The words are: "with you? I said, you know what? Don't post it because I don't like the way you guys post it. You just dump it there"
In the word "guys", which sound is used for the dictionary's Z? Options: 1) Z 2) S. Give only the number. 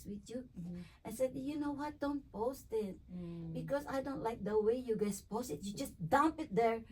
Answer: 2